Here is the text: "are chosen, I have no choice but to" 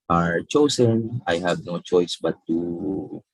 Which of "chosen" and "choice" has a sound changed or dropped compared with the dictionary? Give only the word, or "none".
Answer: chosen